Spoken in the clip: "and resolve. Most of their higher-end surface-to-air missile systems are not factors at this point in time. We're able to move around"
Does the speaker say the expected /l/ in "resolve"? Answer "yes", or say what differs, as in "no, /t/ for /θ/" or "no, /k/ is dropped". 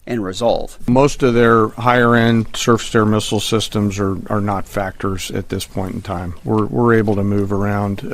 yes